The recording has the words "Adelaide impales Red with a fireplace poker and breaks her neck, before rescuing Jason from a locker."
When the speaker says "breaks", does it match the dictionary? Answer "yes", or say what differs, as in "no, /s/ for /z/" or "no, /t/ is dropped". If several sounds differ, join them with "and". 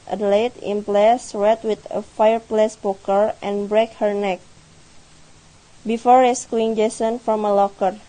no, /s/ is dropped